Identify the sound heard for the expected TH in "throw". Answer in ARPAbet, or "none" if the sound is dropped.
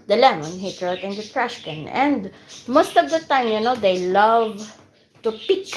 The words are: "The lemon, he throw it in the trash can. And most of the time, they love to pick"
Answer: T